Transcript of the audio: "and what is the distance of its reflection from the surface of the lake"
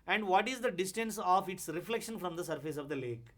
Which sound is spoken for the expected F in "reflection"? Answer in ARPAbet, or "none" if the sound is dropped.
F